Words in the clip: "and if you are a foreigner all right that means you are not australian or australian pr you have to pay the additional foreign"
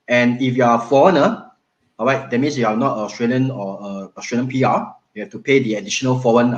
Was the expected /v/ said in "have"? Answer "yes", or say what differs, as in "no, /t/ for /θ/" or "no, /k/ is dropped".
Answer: no, /f/ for /v/